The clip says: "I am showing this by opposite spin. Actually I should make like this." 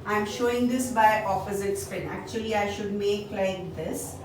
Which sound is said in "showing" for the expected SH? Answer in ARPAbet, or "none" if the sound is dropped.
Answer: SH